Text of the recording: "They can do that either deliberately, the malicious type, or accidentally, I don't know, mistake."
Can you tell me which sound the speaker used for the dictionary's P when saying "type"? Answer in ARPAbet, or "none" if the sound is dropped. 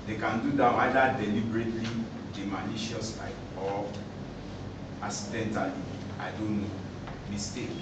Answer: none